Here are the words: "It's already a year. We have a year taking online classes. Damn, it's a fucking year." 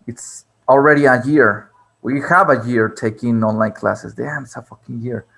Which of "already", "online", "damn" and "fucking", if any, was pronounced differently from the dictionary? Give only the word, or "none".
damn